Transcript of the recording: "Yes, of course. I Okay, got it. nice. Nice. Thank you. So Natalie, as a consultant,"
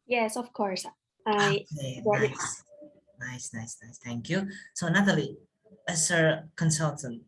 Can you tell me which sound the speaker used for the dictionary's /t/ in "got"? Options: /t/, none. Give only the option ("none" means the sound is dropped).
none